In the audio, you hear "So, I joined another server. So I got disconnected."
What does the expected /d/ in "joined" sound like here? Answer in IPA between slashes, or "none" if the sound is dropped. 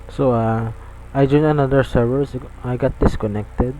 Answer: none